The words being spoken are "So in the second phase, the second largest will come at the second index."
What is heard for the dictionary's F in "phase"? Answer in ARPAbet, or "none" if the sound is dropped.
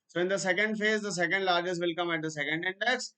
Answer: F